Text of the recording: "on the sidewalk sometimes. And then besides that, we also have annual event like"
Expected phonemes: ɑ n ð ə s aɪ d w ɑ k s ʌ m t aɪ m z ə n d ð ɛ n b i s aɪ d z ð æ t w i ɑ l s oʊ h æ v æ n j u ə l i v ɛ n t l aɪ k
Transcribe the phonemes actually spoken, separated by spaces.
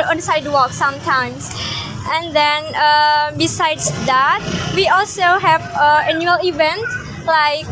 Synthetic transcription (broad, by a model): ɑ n s aɪ d w ɑ k s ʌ m t aɪ m s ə n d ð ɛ n b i s aɪ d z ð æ t w i ɑ l s oʊ h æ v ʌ n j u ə l i v ɛ n t l aɪ k